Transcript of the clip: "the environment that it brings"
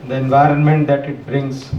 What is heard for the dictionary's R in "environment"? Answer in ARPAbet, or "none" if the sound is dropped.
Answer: R